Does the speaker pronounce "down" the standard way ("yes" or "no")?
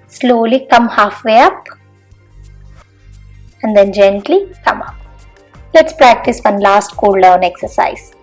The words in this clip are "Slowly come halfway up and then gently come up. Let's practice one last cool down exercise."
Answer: yes